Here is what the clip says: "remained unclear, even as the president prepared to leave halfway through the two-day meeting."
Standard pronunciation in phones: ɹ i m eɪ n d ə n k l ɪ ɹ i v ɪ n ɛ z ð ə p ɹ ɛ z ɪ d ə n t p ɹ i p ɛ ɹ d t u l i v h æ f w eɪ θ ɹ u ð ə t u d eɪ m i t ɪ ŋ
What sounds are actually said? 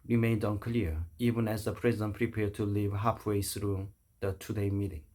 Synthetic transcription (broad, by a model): ɹ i m eɪ n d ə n k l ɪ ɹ i v ɪ n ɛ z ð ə p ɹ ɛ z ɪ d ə n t p ɹ i p ɛ ɹ d t u l i v h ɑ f w eɪ s ɹ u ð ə t u d eɪ m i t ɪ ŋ